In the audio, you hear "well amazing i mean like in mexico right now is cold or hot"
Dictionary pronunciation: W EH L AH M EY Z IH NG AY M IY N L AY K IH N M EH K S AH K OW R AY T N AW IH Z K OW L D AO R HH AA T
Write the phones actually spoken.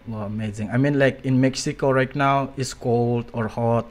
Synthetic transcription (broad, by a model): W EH AH M EY Z IH NG AY M IY N L AY K IH N M EH K S AH K OW R AY T N AW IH S K OW L D AO R HH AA T